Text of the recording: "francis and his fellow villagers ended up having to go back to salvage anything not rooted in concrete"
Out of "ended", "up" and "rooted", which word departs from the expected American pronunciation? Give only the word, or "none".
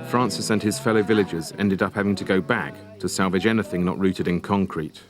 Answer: none